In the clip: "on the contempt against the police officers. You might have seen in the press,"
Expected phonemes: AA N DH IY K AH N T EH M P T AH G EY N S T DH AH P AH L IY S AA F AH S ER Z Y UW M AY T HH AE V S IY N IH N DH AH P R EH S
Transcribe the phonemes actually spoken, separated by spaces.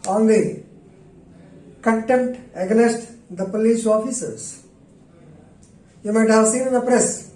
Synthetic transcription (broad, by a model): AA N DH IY K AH N T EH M T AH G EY S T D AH P AH L IY S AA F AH S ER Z Y UW M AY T HH AE V S IY N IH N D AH P R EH S